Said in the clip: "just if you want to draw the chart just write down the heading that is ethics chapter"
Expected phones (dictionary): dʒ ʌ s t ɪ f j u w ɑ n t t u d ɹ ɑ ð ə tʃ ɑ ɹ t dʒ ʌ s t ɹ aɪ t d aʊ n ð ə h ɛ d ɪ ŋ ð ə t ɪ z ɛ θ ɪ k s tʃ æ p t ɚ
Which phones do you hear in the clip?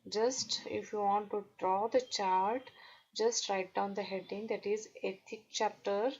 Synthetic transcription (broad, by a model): dʒ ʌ s t ɪ f j u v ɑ n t t u d ɹ ɑ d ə tʃ ɑ ɹ t dʒ ʌ s t ɹ aɪ t d aʊ n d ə h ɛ d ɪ ŋ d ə t ɪ z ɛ t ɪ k tʃ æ p t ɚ